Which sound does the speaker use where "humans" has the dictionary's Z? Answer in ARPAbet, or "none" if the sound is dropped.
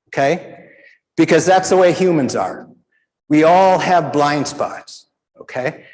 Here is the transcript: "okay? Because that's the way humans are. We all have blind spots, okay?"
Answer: Z